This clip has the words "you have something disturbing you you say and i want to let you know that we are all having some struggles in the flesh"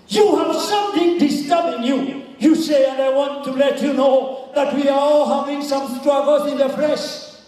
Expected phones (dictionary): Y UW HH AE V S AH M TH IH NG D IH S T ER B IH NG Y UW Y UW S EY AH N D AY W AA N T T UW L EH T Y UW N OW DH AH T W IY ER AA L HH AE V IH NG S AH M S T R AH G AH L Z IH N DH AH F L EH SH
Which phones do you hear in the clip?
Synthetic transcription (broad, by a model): Y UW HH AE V S AH M TH IH NG D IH S T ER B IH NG Y UW Y UW S EY AH N D AY W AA N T T UW L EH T Y UW N OW DH AH T W IY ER AA L HH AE V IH NG S AH M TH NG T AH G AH Z IH N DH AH F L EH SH